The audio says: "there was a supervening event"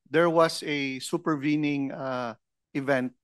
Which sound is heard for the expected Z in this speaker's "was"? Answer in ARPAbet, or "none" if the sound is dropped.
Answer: S